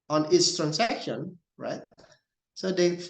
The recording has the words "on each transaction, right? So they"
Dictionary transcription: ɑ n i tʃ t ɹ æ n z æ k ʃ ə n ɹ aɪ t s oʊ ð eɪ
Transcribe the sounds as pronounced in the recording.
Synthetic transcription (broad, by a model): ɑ n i s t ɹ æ n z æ k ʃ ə n ɹ aɪ t s oʊ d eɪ